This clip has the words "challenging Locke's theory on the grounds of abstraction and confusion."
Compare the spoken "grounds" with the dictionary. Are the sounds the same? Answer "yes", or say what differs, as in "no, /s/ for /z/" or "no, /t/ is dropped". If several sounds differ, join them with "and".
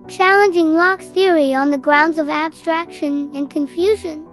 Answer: yes